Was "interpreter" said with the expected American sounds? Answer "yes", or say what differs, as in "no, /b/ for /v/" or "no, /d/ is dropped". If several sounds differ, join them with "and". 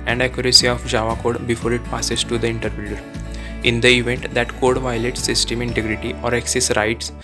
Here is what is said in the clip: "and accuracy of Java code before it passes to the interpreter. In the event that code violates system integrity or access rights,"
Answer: no, /ɹ/ is dropped